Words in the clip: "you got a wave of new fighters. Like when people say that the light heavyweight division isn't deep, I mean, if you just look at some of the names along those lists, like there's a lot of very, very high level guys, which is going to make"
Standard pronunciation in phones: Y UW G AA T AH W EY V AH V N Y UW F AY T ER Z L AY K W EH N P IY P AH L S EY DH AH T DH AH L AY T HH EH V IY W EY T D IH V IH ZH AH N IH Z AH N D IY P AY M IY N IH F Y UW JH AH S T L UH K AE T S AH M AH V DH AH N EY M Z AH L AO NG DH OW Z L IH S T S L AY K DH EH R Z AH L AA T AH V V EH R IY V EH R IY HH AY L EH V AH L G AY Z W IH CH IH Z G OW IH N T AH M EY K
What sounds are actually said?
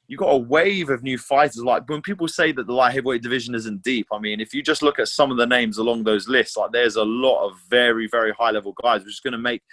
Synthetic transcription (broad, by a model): Y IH G AA T AH W EY V AH V N Y UW F AY T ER Z L AY K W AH N P IY P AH L S EY DH AH T DH AH L AY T HH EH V W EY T D IH V IH ZH AH N IH Z AH N D IY P AY M IY N IH F Y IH JH AH S T L UH K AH T S AH M AH V DH AH N EY M Z AH L AO NG DH OW Z L IH S T S L AY K DH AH R Z AH L AA T AH V V EH R IY V EH R IY HH AY L EH V AH L G AY Z W IH CH IH Z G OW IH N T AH M EY K